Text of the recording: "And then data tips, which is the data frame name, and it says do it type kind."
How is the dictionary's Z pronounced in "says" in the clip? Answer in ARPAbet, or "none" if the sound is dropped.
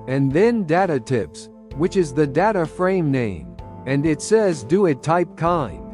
Z